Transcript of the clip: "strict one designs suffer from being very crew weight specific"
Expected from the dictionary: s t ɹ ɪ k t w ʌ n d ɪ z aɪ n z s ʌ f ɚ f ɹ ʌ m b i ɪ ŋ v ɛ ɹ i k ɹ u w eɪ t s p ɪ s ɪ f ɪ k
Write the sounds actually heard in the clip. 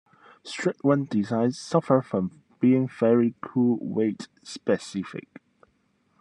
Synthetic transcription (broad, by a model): s t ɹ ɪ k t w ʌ n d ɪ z aɪ n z s ʌ f ɚ f ɹ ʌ m b i ɪ ŋ v ɛ ɹ i k u w eɪ t s p ɪ s ɪ f ɪ k